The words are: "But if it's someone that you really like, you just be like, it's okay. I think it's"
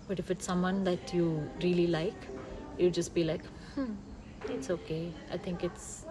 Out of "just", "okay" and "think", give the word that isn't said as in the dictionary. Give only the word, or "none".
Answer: think